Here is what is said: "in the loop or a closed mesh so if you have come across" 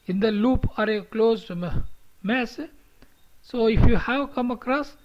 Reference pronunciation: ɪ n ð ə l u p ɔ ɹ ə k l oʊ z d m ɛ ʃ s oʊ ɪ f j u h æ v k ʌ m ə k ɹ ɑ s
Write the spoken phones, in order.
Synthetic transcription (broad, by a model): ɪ n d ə l u p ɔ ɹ ə k l oʊ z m m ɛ s s oʊ ɪ f j u h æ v k ʌ m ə k ɹ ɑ s